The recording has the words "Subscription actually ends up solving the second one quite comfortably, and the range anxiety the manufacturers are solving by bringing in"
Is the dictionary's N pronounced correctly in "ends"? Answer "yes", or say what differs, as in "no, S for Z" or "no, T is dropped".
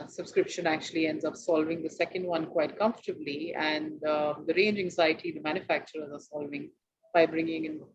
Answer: yes